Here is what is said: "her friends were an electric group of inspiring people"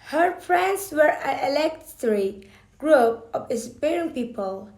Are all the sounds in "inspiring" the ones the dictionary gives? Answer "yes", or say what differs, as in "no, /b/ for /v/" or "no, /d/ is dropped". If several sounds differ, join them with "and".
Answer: no, /n/ is dropped